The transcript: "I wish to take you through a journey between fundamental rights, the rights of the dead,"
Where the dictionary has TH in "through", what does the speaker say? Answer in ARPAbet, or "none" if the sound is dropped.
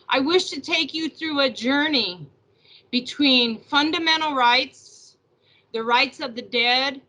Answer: TH